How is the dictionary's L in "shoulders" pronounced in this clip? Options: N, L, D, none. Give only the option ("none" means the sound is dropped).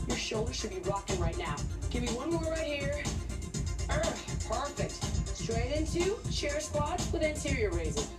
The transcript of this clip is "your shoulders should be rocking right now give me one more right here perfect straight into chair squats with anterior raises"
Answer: L